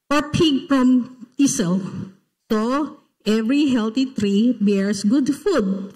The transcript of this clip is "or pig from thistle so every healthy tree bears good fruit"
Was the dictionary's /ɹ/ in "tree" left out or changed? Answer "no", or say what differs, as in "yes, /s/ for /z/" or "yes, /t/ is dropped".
no